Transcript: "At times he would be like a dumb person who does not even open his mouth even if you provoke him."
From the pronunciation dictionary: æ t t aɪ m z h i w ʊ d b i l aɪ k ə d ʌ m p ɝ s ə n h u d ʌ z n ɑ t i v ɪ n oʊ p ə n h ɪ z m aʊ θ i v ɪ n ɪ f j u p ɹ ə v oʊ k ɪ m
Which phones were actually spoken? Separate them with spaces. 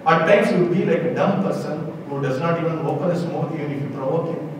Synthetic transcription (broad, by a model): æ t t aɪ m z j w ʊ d b i l aɪ k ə d ʌ m p ɝ s ə n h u d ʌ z n ɑ t i v ɪ n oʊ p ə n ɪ s m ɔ t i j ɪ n ɪ f j u p ɹ ə v oʊ k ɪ